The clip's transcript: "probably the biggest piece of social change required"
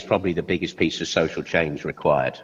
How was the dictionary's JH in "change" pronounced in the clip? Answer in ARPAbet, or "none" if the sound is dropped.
Z